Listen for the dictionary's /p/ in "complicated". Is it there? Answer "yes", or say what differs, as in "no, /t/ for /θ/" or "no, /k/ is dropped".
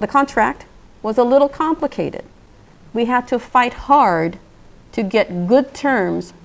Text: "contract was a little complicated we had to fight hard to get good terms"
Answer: yes